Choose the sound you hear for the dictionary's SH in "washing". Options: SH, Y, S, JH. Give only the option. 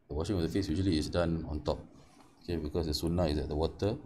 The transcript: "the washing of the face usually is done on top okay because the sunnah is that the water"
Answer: SH